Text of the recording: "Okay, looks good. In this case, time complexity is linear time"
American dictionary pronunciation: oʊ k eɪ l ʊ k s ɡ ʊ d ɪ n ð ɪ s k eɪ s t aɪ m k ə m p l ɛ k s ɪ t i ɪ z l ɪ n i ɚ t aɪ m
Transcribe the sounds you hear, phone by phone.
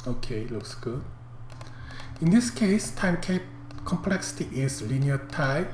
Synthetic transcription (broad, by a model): oʊ k eɪ l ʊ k s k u ɪ n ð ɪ s k eɪ s t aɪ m k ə m p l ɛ k s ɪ t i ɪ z l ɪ n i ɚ t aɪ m